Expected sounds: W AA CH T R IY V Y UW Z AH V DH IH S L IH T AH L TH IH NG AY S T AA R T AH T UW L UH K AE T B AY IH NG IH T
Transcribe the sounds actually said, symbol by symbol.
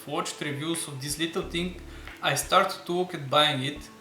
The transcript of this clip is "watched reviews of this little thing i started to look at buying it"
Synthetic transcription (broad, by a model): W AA CH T R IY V Y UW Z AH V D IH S L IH T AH L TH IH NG AY S T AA R T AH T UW W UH K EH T B AY IH NG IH T